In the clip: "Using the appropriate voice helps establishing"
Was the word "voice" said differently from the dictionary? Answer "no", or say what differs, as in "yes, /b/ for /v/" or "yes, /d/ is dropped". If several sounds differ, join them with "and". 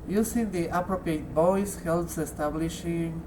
yes, /b/ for /v/